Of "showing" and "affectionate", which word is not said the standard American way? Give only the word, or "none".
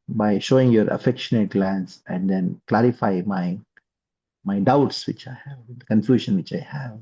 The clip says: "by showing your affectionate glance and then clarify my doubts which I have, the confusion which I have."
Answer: none